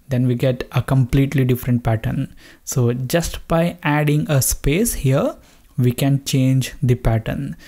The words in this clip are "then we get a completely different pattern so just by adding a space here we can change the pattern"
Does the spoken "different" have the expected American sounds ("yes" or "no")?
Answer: yes